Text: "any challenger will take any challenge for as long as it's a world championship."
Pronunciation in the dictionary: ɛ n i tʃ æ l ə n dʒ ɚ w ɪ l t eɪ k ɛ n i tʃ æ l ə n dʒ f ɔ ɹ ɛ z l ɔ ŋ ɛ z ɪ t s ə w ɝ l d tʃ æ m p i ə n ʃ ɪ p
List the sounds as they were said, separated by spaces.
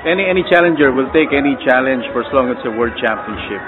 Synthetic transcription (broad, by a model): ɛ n i tʃ æ l ə n dʒ ɚ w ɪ l t eɪ k ɛ n i tʃ æ l ə n dʒ f ɔ ɹ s l ɔ ŋ ɪ t s ə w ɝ d tʃ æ m p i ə n ʃ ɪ p